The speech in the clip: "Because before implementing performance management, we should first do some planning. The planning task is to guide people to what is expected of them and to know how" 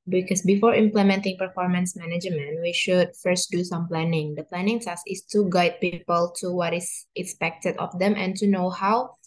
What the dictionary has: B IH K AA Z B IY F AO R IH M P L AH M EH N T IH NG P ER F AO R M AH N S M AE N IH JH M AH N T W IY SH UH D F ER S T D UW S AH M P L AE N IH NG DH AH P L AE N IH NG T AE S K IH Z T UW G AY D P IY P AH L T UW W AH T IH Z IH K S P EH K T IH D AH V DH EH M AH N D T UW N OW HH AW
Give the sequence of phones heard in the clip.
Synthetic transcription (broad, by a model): B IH K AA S B IY F AO R IH M P L AH M EH N T IH NG P ER F AO R M AH N S M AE N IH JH M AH N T W IY SH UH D F ER S T D UW S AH M P L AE N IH NG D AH P L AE N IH NG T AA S IH S T UW G AY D P IY P AH L T UW W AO T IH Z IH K S P EH K T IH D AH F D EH M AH N T UW N OW HH AW